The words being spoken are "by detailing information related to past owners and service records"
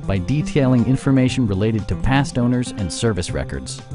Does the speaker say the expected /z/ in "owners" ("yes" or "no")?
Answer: yes